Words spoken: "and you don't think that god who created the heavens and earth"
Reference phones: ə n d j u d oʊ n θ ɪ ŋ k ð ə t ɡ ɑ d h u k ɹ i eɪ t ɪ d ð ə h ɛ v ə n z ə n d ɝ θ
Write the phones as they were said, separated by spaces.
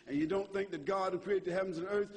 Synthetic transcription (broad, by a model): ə n j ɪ d oʊ n θ ɪ ŋ k ð ə t ɡ ɑ d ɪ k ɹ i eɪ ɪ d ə h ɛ v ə n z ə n ɝ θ